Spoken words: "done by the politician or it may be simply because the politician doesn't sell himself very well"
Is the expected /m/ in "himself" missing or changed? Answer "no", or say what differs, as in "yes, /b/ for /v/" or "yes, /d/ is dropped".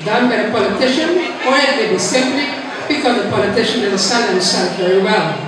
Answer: yes, /m/ is dropped